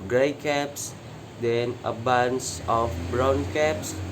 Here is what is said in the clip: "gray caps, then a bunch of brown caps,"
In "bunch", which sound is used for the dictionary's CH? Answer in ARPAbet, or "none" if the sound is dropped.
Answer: S